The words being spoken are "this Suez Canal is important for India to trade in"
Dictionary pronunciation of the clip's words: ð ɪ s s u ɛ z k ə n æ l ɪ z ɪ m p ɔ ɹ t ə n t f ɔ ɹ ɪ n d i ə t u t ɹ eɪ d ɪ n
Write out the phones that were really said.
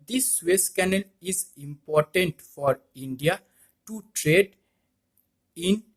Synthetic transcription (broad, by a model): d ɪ s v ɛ s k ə n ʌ l ɪ z ɪ m p ɔ ɹ t ə n t f ɔ ɹ ɪ n d i ə t u t ɹ eɪ d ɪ n